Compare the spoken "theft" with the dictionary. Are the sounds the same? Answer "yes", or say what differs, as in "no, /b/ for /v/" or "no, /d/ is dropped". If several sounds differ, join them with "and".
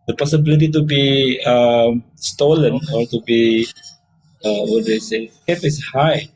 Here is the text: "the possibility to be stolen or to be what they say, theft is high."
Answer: no, /t/ is dropped